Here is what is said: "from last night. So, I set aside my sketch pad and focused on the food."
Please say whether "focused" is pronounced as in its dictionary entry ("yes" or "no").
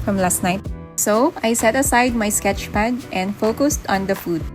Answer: yes